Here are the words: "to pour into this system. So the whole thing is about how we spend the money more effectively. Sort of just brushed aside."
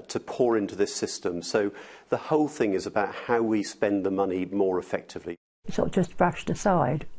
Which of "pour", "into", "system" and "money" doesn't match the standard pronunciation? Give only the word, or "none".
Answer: none